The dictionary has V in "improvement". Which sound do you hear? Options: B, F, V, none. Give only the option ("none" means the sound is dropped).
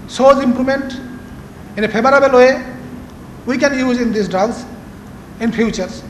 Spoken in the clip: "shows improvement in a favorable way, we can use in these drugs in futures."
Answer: none